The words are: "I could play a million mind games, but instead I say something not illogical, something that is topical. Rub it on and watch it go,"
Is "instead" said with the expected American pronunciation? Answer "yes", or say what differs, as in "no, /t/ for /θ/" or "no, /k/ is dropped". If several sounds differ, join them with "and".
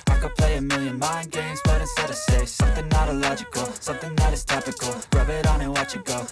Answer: no, /n/ is dropped